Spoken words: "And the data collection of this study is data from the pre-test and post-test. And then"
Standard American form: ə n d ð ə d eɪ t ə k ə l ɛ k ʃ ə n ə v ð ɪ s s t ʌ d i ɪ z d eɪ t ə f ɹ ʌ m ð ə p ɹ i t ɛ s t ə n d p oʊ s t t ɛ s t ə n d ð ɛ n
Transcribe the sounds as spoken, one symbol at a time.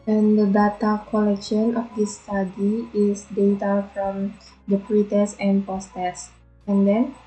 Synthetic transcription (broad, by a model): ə n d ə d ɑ t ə k ə l ɛ k ʃ ə n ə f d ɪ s s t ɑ d i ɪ s d eɪ t ə f ɹ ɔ m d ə p ɹ i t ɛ s ə n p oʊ s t t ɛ s ə n d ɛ n